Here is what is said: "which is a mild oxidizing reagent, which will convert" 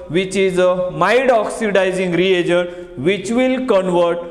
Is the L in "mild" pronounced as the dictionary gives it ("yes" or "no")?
no